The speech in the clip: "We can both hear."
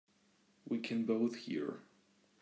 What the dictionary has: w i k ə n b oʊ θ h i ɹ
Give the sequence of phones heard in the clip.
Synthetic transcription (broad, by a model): w i k ə n b oʊ θ h i ɹ